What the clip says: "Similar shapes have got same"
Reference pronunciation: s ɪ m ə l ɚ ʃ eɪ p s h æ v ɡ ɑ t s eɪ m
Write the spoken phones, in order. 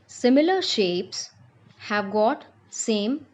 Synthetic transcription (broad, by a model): s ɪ m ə l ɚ ʃ eɪ p s h æ v ɡ ɑ t s eɪ m